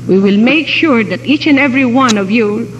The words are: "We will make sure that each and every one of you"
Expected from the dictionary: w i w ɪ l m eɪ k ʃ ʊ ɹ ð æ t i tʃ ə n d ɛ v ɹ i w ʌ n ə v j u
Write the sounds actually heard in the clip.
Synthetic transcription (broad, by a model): w i w ɪ l m eɪ k ʃ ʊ ɹ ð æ t i tʃ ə n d ɛ v ɹ i w ʌ n ə v j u